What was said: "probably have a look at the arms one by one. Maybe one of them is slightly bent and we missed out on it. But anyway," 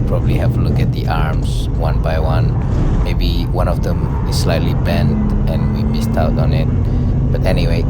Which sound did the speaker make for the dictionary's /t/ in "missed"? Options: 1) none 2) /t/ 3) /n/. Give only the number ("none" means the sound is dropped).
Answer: 2